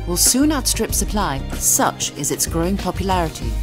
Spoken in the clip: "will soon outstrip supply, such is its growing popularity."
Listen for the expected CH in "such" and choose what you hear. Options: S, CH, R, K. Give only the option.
CH